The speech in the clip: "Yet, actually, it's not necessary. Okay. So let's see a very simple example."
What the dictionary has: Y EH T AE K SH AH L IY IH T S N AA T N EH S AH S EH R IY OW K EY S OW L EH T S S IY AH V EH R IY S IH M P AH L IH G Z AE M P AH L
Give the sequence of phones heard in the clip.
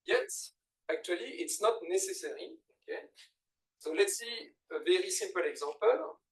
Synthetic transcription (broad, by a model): Y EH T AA K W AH L IY IH T S N AA T N EH S AH S EH R IY OW K EY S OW L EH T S S IY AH V EH R IY S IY P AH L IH G Z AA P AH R